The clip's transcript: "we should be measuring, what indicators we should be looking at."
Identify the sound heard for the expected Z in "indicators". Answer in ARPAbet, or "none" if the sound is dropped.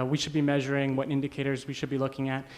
Z